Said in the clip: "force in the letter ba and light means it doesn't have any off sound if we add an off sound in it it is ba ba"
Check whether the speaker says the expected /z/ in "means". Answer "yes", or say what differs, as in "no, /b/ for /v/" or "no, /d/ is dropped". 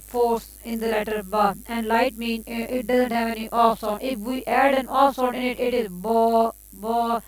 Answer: no, /z/ is dropped